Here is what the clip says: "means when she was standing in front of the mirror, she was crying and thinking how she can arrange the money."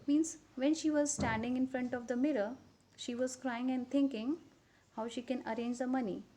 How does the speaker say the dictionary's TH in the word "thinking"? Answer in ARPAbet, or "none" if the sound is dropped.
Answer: T